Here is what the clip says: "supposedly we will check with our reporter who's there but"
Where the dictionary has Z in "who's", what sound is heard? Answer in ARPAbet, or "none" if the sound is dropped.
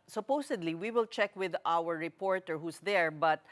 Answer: S